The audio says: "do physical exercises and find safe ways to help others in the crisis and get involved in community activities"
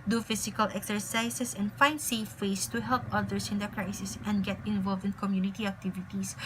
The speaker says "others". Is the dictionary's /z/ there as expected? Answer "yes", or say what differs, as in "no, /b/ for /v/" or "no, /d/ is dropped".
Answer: no, /s/ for /z/